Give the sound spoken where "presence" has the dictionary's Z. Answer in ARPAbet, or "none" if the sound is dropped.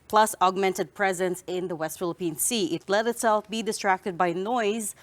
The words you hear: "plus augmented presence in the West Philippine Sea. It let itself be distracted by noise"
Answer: Z